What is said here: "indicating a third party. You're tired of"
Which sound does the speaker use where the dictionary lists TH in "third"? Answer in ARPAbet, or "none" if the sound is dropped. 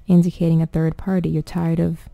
TH